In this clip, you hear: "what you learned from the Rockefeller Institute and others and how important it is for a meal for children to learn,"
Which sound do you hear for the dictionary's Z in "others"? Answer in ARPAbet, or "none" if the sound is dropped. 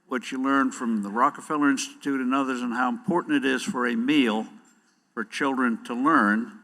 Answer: Z